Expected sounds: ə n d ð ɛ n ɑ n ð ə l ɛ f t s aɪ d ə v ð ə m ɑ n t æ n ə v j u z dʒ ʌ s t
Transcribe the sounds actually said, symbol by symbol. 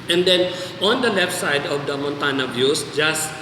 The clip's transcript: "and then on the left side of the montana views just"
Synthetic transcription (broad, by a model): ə n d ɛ n ɑ n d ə l ɛ f t s aɪ d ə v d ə m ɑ n t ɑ n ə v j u s dʒ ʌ s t